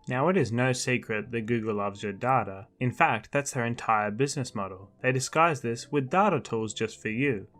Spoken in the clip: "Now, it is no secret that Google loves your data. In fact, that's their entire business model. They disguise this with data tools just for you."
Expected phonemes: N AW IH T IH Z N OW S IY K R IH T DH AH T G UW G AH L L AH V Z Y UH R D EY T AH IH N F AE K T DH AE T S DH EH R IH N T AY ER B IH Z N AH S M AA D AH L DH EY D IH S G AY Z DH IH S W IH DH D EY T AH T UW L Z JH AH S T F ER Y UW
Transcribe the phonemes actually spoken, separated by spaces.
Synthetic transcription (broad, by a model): N AW IH T IH Z N OW S IY K R IH T DH AH T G UW G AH L L AH V Z Y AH R D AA T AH IH N F AE K T DH AE T S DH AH R IH N T AY ER B IH Z N AH S M AA D L DH EY D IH S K AY Z DH IH S W IH DH D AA T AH T UW L Z JH AH S T F ER Y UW